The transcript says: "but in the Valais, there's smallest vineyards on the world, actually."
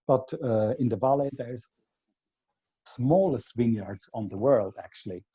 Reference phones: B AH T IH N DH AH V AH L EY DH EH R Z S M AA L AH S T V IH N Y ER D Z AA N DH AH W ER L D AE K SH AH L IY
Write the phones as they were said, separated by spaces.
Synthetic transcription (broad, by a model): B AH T IH N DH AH V AH L EY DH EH R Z S M AA L AH S T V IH N Y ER D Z N DH AH W ER L D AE K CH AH L IY